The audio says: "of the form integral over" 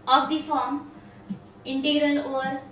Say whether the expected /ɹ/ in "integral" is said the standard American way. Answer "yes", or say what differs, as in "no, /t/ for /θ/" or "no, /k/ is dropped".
yes